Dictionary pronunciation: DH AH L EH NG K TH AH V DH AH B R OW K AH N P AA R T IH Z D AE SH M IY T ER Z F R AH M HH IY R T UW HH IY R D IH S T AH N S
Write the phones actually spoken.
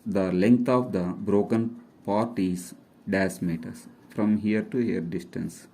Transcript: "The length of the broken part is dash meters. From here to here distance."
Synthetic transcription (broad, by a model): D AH L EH NG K T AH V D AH B R OW K AH N P AA R T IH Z D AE S M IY T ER S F R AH M HH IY R T UW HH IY R D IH S T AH N S